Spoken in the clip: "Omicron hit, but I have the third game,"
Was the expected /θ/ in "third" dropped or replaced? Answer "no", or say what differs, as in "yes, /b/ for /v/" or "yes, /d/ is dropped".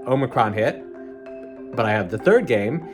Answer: no